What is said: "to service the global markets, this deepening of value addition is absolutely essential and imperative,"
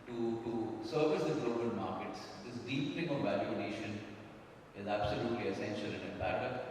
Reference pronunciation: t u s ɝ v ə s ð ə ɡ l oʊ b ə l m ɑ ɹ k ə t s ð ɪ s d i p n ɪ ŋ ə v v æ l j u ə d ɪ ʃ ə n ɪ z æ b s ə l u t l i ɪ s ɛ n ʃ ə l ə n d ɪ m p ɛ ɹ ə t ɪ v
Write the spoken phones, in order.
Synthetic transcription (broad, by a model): t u s ɝ v ə s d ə ɡ l oʊ b ə l m ɑ ɹ k ə t s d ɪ s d i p l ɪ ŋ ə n v æ l j u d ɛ ʃ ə n ɪ z æ b s ə l u t l i ɪ s ɛ n ʃ ə l ə n d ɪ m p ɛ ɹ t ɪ